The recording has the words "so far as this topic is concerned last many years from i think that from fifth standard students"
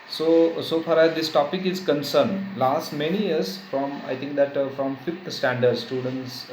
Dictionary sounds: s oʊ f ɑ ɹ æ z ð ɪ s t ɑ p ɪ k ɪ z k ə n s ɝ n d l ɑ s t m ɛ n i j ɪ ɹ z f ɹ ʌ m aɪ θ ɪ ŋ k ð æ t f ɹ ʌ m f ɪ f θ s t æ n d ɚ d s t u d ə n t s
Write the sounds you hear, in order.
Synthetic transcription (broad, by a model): s oʊ f ɑ ɹ æ z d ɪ s t ɑ p ɪ k ɪ z k ə n s ɝ n d l ɑ s t m ɛ n i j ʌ ɹ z f ɹ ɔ m aɪ t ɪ ŋ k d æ t f ɹ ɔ m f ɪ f t s t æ n d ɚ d s t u d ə n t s